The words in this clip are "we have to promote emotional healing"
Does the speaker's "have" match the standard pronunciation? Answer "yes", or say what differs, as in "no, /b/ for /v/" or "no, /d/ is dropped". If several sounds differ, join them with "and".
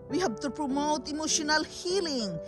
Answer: no, /b/ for /v/